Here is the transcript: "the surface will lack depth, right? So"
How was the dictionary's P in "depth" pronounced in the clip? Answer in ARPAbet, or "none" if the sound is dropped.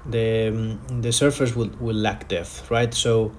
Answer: none